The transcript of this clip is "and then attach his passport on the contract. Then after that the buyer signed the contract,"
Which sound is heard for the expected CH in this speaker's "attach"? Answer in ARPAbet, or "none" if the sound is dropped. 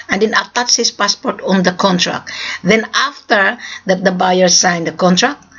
S